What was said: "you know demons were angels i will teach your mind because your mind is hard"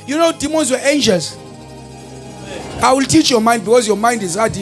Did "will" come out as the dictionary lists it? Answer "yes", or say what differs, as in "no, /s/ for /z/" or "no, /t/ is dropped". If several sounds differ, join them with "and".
yes